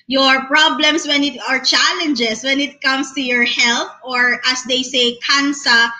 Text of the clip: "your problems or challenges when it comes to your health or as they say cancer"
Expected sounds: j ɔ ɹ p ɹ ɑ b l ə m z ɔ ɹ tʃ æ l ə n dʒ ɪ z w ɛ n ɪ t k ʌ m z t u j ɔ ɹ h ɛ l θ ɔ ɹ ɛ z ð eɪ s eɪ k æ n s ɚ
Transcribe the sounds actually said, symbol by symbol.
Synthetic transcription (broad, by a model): j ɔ ɹ p ɹ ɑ b l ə m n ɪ ɹ tʃ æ l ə n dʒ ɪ s w ɛ n ɪ t k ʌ m s t u j ɔ ɹ h ɛ l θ ɔ ɹ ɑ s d eɪ s eɪ k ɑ n s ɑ